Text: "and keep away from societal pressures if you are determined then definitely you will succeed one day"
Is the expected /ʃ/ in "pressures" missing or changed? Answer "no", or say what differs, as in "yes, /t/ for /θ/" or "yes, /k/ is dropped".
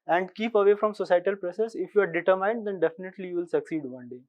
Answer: yes, /s/ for /ʃ/